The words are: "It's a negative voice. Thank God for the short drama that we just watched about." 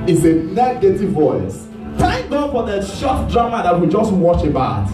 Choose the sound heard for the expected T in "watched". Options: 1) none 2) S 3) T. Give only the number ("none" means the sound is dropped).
1